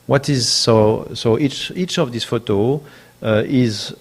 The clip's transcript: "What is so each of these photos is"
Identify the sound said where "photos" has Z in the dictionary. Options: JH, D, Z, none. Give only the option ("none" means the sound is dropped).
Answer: none